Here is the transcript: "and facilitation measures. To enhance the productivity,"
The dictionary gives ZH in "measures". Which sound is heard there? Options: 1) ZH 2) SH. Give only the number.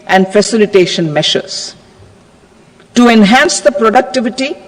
2